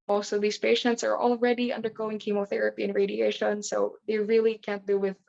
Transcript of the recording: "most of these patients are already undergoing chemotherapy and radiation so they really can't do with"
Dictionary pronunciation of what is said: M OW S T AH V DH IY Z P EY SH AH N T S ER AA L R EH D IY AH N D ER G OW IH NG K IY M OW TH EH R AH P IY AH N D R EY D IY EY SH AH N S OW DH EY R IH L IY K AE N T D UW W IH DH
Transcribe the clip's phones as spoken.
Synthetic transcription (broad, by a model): M OW S T AH V DH IY Z P EY SH AH N T S ER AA L R EH D IY AH N D ER G OW IH NG K IY M OW TH EH R AH P IY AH N R EY D IY EY SH AH N S OW DH EY R IH L IY K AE N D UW W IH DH